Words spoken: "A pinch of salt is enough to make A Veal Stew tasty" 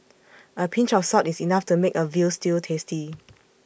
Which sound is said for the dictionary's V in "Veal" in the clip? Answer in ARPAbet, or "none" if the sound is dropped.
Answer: V